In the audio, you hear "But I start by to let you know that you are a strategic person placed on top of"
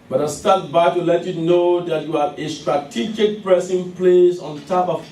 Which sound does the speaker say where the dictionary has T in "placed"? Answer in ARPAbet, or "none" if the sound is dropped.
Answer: none